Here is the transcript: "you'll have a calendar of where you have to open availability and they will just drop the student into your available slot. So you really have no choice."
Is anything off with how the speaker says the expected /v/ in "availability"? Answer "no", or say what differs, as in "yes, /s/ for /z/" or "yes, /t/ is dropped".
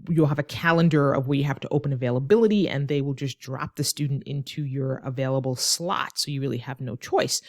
no